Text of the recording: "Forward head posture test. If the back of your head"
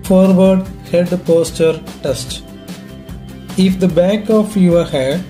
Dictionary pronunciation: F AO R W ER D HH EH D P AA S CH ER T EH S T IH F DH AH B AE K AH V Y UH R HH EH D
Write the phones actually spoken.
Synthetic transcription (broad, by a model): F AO R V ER D HH EH D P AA S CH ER T EH S T IH F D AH B AE K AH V Y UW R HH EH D